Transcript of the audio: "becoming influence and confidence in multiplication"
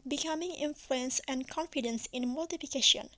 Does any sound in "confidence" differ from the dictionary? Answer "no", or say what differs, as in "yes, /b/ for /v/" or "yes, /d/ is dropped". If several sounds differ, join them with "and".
no